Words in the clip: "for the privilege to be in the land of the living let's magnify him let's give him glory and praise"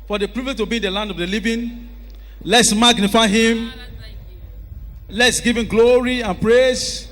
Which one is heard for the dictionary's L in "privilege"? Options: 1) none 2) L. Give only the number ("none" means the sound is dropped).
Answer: 1